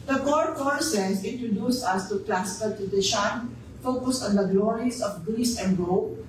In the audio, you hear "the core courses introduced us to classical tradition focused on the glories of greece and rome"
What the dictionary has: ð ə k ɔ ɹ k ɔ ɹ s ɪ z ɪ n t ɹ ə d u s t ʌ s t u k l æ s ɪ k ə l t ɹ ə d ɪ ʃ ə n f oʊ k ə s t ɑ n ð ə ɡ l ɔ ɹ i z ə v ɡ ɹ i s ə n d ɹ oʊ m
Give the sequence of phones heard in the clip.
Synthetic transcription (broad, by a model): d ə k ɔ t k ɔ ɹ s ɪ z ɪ n t ɹ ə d u s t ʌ s t u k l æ s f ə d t ə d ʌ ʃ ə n f oʊ k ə s ɑ n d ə ɡ l ɔ ɹ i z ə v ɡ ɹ i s ə n d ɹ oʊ